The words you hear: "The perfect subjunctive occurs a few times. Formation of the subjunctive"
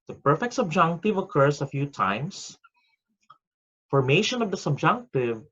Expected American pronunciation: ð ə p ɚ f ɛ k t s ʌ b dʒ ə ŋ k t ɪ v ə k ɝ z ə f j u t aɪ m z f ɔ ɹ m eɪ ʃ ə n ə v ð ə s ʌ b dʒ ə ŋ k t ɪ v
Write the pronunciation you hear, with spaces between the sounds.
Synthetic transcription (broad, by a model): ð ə p ɚ f ɛ k t s ʌ b dʒ ə ŋ k t ɪ v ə k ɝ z ə f j u t aɪ m s f ɔ ɹ m eɪ ʃ ə n ə v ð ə s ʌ b dʒ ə ŋ k t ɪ v